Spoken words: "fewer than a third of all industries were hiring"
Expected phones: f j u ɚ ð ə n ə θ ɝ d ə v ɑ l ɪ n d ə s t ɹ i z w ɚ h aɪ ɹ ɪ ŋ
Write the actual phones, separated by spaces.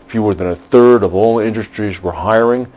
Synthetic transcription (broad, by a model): f j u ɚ ð ə n ə θ ɝ d ə v ɑ l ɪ n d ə s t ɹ i z w ɚ h aɪ ɹ ɪ ŋ